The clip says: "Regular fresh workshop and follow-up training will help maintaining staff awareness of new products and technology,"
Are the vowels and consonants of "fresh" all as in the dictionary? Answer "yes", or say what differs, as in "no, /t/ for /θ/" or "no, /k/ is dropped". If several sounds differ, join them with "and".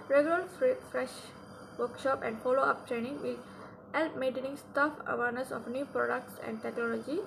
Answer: yes